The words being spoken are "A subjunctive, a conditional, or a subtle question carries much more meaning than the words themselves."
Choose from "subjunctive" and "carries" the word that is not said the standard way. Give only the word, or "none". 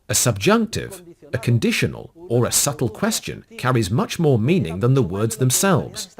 none